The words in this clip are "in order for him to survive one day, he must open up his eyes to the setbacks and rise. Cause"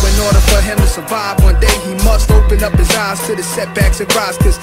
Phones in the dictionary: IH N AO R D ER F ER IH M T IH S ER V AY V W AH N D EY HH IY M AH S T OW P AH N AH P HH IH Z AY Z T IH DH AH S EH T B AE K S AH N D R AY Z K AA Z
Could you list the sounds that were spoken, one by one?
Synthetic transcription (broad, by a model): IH N AO R D ER F ER IH M T IH S ER V AY V W AH N D EY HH IY M AH S T OW P AH N AH P HH IH Z AY Z T IH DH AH S EH T B AE K S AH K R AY S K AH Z